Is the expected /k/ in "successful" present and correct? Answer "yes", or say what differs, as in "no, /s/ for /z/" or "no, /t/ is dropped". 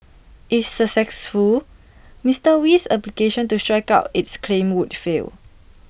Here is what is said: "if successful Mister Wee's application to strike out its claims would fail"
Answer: no, /k/ is dropped